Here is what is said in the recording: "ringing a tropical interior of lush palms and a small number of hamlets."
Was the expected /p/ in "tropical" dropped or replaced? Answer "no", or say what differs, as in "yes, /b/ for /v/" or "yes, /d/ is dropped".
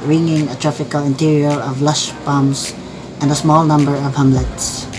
yes, /f/ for /p/